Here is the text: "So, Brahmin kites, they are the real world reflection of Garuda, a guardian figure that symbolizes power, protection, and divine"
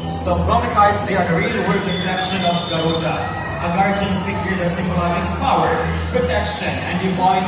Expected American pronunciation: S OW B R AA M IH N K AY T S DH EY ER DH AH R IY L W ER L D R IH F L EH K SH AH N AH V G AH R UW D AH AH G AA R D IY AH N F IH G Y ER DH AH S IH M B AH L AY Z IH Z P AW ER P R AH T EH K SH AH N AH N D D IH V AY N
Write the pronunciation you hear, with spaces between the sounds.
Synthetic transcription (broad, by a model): S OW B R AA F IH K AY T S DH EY ER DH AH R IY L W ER D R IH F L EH K SH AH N AH V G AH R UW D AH AH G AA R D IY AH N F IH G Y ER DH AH S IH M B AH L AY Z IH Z P AW ER P R AH T EH K SH AH N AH N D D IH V AY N